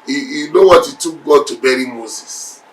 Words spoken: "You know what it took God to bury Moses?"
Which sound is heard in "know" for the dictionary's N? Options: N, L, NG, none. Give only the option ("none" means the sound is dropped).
L